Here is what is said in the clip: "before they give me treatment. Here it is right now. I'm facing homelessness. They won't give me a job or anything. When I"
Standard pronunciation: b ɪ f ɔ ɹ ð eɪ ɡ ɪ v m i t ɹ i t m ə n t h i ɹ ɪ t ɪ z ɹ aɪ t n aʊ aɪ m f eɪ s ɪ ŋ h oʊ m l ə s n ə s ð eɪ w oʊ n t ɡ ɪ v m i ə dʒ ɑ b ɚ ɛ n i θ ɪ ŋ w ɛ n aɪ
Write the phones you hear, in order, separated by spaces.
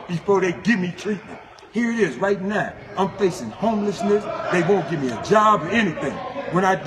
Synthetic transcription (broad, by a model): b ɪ f ɔ ɹ ð eɪ ɡ ɪ v m i t ɹ i t m ə n t h i ɹ ɪ t ɪ z ɹ aɪ t n aʊ aɪ m f eɪ s ɪ ŋ h oʊ m l ə s n ə s ð eɪ w oʊ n ɡ ɪ v m i ə dʒ ɑ b ɚ ɛ n i θ ɪ ŋ w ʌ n aɪ